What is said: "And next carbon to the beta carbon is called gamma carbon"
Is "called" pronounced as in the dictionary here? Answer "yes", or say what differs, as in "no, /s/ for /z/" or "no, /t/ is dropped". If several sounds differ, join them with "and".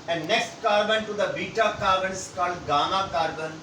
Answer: yes